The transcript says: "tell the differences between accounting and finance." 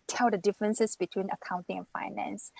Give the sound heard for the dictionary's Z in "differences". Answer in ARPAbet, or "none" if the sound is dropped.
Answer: S